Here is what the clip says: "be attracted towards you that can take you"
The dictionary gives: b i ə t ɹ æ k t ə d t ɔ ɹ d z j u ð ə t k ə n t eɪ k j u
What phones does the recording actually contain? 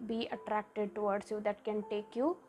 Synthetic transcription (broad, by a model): b i ə t ɹ æ k t ə d t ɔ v d s j u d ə t k ə n t eɪ k j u